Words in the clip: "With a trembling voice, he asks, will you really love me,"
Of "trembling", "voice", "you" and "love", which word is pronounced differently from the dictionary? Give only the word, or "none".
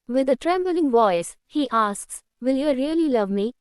none